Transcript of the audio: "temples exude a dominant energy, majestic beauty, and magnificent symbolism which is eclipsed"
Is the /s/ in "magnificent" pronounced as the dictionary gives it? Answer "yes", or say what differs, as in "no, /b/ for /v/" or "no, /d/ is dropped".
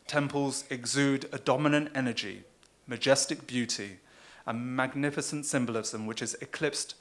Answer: yes